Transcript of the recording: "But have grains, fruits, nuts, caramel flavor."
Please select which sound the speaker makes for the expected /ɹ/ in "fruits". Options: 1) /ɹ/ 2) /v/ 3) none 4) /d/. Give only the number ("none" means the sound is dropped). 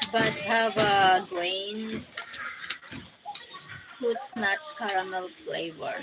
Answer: 3